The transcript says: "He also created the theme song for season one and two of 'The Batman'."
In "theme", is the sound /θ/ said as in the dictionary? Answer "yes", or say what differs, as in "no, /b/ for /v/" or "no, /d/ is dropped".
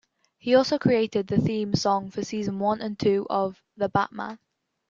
yes